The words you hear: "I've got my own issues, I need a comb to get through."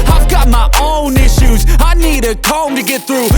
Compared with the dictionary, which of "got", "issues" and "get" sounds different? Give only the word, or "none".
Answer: none